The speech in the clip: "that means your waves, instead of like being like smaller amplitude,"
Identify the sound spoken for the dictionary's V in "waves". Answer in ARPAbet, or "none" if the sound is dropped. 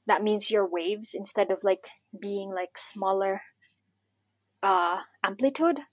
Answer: V